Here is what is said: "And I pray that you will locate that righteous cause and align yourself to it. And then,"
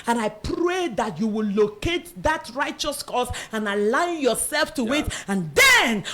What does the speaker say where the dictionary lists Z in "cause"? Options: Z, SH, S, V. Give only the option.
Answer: S